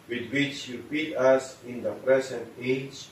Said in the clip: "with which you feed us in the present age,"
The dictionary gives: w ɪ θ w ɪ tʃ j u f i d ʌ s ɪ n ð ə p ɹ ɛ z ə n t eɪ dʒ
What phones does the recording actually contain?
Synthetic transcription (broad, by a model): w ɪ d w ɪ tʃ j u p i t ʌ s ɪ n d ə p ɹ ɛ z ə n t eɪ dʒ